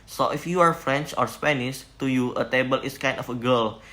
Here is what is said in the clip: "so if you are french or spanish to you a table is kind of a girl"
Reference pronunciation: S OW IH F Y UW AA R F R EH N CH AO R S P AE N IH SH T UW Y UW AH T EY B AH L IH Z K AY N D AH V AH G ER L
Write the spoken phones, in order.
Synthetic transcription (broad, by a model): S OW IH F Y UW AA R F R EH N CH AO R S P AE N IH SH T UW Y UW AH T EY B AH L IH S K AY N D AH F AH G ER L